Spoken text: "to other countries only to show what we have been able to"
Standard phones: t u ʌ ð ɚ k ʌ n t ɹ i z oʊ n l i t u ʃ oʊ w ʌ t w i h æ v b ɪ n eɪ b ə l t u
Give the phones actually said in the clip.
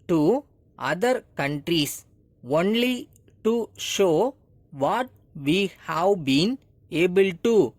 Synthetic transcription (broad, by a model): t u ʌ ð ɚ k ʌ n t ɹ i s oʊ n l i t u ʃ oʊ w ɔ t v i h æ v b ɪ n eɪ b ə l t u